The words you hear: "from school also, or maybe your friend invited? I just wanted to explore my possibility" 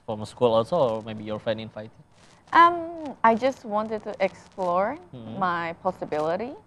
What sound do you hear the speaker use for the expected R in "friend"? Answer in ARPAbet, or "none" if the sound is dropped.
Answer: none